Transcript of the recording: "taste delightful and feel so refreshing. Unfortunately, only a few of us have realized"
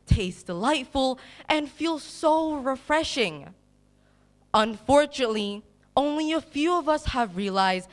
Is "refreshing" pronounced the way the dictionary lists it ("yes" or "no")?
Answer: yes